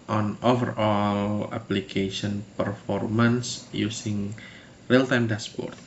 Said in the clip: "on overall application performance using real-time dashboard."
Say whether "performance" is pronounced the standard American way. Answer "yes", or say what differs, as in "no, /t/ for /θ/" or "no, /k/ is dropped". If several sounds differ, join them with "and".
yes